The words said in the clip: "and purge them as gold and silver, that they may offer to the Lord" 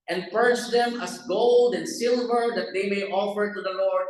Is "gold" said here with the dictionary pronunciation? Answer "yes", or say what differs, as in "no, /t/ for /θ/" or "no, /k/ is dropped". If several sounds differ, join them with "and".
yes